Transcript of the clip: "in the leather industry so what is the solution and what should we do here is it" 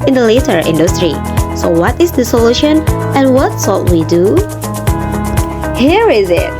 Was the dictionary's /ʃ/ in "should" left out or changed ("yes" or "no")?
yes